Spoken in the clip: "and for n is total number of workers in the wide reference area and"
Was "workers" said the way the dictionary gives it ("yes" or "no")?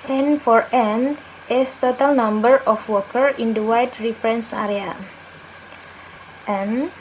no